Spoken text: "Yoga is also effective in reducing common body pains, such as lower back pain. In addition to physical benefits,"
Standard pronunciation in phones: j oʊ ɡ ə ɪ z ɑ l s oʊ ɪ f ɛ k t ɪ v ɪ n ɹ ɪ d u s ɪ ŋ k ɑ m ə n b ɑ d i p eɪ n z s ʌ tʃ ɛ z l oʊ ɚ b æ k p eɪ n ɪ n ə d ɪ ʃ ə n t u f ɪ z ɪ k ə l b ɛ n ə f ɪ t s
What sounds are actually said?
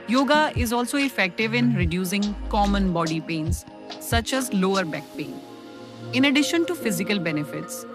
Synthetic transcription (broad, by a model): j oʊ ɡ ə ɪ z ɑ l s oʊ ɪ f ɛ k t ɪ v ɪ n ɹ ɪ d u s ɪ ŋ k ɑ m ə n b ɑ d i p eɪ n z s ʌ tʃ ɛ z l oʊ ɚ b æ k p eɪ n ɪ n ə d ɪ ʃ ə n t u f ɪ z ɪ k ə l b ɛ n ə f ɪ t s